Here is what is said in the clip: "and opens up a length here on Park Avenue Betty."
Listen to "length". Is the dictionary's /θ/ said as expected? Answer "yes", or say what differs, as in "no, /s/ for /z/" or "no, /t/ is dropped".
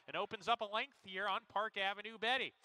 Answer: yes